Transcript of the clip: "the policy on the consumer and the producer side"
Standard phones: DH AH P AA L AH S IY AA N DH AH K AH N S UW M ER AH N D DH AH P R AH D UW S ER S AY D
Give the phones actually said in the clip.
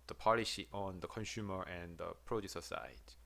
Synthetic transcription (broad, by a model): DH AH P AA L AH SH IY AA N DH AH K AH N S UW M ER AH N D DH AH P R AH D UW S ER S AY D